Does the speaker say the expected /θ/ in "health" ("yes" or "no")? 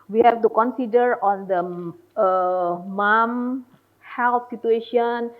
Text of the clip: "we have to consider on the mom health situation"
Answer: no